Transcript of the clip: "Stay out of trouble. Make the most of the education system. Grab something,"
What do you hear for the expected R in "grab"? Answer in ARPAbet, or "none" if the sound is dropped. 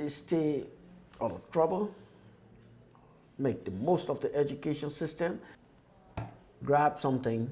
R